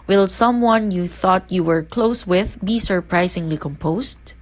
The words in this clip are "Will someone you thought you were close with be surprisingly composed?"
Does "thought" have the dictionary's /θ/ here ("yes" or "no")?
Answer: yes